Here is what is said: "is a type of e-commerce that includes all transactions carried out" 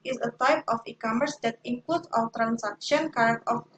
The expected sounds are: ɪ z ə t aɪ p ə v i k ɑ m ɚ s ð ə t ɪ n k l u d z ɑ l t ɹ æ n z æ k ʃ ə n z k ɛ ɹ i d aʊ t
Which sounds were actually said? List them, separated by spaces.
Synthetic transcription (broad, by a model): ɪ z ə t aɪ p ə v i k ɑ m ɚ s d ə t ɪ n k l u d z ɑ w t ɹ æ n s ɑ k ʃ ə n k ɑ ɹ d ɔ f